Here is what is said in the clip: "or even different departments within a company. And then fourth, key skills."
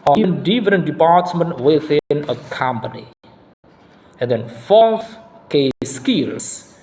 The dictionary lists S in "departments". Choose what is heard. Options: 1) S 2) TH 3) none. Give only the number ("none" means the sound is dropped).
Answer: 3